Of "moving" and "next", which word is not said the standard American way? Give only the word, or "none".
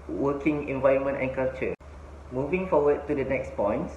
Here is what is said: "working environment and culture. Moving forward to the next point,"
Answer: none